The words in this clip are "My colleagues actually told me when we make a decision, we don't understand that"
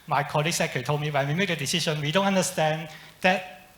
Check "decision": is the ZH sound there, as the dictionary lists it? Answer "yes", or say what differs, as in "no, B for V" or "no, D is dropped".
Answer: no, SH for ZH